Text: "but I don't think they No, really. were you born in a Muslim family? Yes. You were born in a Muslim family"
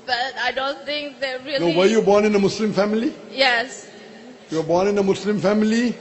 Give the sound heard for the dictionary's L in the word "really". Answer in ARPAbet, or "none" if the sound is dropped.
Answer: N